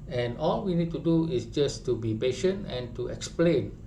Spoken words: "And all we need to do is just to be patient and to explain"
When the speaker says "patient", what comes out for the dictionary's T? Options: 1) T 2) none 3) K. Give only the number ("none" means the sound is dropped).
1